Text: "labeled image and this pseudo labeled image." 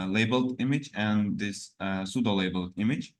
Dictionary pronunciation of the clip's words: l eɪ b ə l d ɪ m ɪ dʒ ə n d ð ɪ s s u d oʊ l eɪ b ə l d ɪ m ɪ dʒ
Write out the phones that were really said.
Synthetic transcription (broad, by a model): l eɪ b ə l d ɪ m ɪ dʒ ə n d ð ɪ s s u d oʊ l eɪ b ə l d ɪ m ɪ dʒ